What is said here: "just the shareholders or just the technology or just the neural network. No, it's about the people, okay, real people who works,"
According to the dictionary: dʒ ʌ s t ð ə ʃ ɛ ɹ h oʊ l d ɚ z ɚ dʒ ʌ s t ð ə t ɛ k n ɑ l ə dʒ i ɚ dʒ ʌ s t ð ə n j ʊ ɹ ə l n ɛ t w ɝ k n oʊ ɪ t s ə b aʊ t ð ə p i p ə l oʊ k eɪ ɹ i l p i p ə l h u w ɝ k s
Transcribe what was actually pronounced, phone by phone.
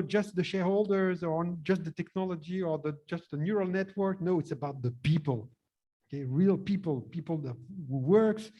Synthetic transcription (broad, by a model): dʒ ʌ s t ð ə ʃ ɛ ɹ h oʊ l d ɚ z ɚ dʒ ʌ s t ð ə t ɛ k n ɑ l ə dʒ i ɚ dʒ ʌ s t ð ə n j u ɹ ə l n ɛ t w ɝ k n oʊ ɪ t s ə b aʊ t ð ə p i p ə l oʊ k eɪ ɹ i l p i p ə l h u w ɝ k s